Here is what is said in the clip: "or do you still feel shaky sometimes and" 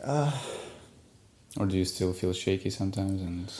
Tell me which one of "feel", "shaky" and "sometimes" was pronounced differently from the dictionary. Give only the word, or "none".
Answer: none